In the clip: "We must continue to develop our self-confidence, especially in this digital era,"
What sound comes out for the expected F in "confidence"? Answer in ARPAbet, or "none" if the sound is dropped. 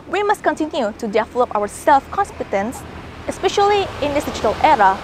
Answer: P